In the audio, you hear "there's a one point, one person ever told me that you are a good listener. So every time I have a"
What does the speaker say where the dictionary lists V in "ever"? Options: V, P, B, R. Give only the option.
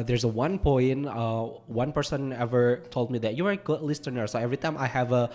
V